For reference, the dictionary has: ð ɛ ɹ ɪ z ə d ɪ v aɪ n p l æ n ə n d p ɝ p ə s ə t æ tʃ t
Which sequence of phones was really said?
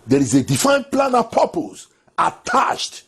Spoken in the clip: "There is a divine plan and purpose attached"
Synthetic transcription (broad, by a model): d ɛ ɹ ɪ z ə d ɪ f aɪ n p l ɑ n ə p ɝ p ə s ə t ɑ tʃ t